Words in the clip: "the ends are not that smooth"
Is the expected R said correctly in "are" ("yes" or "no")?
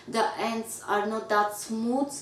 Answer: yes